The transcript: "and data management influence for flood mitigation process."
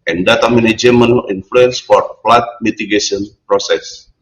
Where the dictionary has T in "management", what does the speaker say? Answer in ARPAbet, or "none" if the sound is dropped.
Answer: none